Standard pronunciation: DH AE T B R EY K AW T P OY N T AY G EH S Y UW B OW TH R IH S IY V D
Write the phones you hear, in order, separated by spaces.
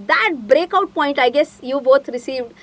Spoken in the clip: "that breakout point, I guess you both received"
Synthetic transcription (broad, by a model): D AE T B R EY K AW T P OY N T AY G EH S Y UW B OW T R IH S IY V D